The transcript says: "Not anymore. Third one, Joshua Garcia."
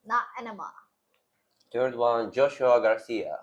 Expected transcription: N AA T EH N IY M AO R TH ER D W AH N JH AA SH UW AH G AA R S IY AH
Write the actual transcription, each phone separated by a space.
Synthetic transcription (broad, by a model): N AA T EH N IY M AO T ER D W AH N JH AA SH UW AH G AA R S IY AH